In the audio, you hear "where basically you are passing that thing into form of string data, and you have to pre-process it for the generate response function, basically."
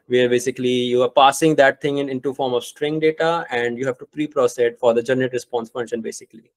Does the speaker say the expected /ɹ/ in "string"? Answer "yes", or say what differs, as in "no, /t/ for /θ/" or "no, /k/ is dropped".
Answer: yes